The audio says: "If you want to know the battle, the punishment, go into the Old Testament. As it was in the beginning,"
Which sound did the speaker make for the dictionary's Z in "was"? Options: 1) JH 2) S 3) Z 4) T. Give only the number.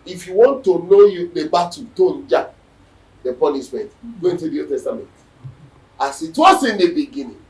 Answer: 2